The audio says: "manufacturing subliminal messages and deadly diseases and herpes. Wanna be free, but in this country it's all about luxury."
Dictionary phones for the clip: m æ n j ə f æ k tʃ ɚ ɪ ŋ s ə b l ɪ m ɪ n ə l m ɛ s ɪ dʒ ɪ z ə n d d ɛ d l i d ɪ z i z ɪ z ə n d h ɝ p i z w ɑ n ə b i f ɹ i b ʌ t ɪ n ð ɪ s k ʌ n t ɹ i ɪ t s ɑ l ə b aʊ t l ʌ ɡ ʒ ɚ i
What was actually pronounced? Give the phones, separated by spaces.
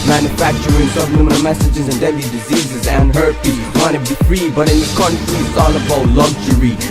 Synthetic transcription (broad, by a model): m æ n j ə f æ k tʃ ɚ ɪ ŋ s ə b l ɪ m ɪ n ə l m ɛ s ɪ dʒ ɪ z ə n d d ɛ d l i d ɪ z i z ɪ z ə n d h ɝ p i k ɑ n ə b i f ɹ i b ʌ t ɪ n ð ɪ k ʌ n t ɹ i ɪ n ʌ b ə ʊ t l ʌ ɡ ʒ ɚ i